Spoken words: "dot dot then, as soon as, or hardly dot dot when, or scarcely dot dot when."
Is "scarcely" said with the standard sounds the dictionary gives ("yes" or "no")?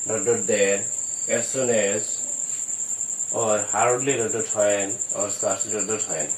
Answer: no